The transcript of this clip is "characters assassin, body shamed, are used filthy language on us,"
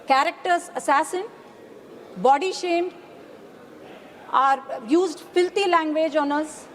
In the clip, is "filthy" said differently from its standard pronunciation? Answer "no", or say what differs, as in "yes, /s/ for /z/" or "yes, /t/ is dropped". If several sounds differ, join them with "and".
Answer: yes, /t/ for /θ/